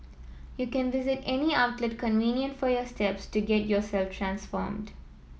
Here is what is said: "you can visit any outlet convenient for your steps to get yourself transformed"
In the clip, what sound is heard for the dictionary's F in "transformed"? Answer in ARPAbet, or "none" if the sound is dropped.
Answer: F